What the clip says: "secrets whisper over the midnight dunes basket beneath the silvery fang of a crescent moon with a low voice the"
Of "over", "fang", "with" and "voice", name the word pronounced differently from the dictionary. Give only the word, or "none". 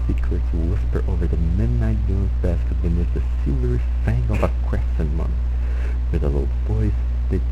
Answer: voice